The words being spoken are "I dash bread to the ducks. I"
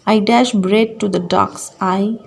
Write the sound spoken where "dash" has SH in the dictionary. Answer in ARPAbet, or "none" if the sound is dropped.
SH